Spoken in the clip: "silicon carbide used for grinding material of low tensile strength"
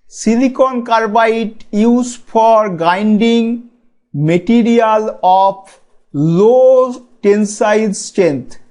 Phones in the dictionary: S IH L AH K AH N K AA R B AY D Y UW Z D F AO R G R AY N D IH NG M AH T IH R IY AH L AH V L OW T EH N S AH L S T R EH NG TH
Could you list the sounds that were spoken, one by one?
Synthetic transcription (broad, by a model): S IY L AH K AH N K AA R B AY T Y UW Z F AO R G AY N D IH NG M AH T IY R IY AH L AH P L OW T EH N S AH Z S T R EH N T